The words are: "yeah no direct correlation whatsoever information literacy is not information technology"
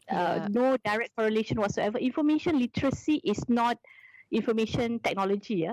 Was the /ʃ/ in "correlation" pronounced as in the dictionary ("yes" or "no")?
yes